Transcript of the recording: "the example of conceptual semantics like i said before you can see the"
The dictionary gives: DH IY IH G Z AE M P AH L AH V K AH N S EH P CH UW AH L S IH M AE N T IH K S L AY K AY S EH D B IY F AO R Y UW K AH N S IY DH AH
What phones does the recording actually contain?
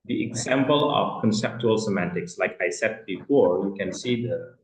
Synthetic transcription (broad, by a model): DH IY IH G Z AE M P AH L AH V K AH N S EH P CH UW AH L S IH M AE N T IH K S L AY K AY S EH D B IY F AO R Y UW K AH N S IY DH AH